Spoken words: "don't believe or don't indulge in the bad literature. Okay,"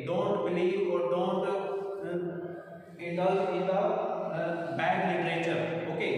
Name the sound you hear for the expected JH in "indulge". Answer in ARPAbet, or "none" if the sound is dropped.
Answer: none